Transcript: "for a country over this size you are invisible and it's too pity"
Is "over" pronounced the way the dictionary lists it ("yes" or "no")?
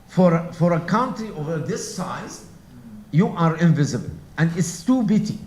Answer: yes